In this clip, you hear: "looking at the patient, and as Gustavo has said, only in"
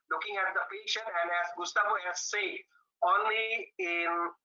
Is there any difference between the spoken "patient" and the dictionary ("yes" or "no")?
yes